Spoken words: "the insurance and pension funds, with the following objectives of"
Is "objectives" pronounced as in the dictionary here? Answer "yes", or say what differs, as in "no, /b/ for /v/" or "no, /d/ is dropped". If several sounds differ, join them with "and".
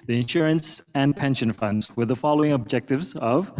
yes